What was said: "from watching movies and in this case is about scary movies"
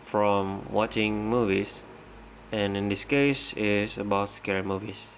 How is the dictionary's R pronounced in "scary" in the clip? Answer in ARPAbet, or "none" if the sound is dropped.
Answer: R